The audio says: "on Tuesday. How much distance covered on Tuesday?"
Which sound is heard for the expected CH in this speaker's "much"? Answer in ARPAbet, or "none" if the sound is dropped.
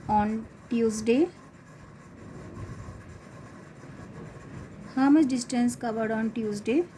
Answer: S